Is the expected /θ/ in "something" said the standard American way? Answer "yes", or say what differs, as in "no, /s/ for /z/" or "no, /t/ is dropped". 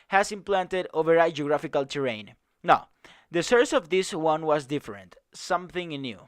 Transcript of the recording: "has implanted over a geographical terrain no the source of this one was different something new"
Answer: yes